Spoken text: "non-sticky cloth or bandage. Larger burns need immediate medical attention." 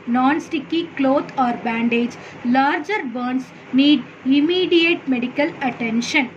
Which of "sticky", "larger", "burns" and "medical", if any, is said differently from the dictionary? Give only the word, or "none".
burns